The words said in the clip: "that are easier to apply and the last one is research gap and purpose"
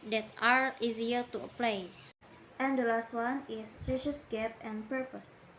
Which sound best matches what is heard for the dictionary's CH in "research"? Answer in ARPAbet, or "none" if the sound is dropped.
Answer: S